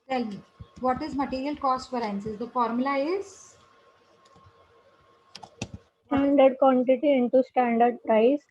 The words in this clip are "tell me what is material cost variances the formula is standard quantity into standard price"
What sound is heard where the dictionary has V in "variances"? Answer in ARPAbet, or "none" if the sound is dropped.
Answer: F